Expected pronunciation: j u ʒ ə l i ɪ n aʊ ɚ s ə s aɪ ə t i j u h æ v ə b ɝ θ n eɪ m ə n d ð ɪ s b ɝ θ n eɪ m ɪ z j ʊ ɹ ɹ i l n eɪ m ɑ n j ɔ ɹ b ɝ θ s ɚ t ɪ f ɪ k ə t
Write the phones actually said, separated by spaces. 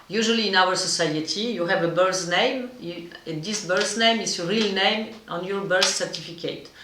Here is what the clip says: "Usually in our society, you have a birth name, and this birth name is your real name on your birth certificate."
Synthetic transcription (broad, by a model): j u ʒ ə l i ɪ n aʊ ɚ s ə s aɪ ə t i j u h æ v ə b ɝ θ n eɪ m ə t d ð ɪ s b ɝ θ n eɪ m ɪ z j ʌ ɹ ɹ i l n eɪ m ɑ n j ɔ ɹ b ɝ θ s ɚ t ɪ f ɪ k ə t